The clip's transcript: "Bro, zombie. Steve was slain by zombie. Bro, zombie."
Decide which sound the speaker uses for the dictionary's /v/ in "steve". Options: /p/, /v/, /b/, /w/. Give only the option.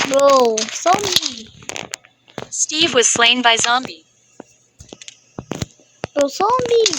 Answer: /v/